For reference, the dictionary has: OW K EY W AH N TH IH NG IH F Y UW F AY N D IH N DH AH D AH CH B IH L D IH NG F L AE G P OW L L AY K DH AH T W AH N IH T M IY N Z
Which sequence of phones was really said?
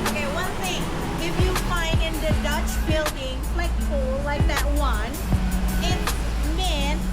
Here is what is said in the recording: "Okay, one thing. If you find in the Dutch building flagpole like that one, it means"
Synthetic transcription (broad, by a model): OW K EY W AH N TH IH NG IH F Y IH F AY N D IH N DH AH D AH CH B IH L D IH NG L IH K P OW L L AY K DH AH T W AH N IH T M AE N